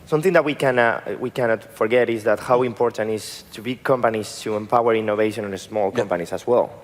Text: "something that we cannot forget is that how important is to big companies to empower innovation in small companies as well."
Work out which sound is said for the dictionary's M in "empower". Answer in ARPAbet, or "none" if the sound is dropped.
M